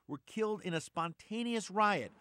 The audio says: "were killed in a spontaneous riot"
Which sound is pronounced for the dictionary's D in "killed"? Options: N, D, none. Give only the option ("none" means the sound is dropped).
D